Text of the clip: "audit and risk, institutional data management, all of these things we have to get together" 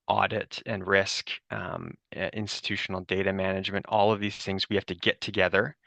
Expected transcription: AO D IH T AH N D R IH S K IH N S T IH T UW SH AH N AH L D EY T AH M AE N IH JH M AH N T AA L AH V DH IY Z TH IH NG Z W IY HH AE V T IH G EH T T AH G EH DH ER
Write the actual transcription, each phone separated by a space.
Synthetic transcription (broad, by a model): AO D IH T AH N R IH S K IH N S T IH T UW SH N L D EY T AH M AE N IH JH M AH N T AA L AH V DH IY Z TH IH NG Z W IY HH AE F T IH G EH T T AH G EH DH ER